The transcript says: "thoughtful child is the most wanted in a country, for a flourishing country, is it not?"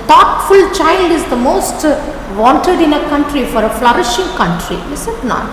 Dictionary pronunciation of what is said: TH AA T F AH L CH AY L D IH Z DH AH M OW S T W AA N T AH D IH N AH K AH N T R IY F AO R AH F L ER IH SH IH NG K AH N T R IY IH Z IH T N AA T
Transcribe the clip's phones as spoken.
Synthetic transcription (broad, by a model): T AA T F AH L CH AY L D IH Z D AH M OW S T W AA N T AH D IH N AH K AH N T R IY F AO R AH F L ER IH SH IH NG K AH N T R IY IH S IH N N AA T